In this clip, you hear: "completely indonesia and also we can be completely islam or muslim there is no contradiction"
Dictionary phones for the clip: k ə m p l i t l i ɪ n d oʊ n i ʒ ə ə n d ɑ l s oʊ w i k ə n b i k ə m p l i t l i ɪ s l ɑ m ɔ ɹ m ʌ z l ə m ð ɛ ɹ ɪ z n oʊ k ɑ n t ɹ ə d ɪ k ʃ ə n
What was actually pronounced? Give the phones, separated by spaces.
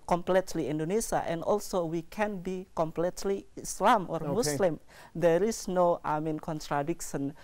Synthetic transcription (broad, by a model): k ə m p l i t l i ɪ n d oʊ n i s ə ə n d ɑ l s oʊ w i k ə n b i k ə m p l i t l i ɪ s l ɑ m ɔ ɹ m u s l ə m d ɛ ɹ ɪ s n oʊ k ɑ n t ɹ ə d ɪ k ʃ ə n